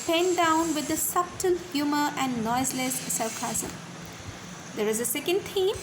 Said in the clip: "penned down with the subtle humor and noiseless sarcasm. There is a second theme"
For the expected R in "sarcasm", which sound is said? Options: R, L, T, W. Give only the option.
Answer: L